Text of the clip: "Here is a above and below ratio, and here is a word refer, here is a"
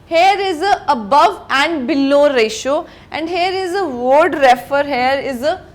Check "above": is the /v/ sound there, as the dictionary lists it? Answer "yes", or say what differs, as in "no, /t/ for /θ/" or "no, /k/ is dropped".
yes